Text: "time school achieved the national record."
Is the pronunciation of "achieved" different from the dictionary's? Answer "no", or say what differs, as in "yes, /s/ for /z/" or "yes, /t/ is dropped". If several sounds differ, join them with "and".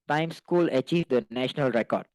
no